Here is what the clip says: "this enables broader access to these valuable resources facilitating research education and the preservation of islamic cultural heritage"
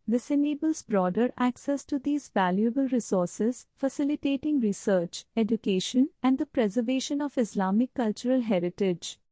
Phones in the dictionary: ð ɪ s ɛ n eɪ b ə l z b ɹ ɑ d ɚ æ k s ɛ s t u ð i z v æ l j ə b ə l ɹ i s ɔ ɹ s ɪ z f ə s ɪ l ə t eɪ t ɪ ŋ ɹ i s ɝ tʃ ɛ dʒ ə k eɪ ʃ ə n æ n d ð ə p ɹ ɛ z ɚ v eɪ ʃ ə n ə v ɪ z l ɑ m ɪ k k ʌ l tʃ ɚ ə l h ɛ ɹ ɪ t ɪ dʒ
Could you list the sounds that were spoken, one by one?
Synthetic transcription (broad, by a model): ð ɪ s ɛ n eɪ b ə l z b ɹ ɑ d ɚ æ k s ɛ s t u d i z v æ l j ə b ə l ɹ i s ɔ ɹ s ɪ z f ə s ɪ l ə t eɪ t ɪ ŋ ɹ i s ɝ tʃ ɛ dʒ ə k eɪ ʃ ə n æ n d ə p ɹ ɛ z ɚ v eɪ ʃ ə n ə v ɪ s l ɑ m ɪ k k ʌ l tʃ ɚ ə l h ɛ ɹ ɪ t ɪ dʒ